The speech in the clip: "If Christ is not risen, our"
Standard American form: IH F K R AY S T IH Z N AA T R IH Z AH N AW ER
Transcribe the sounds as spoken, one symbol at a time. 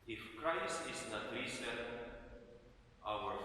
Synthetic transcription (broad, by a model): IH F K R AY S T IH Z N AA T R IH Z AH AW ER